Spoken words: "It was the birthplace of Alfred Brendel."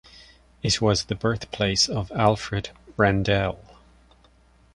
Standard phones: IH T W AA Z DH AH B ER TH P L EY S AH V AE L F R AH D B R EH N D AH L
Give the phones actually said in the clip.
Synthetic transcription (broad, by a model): IH T W AA Z DH AH B ER TH P L EY S AH V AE L F R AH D R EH N D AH L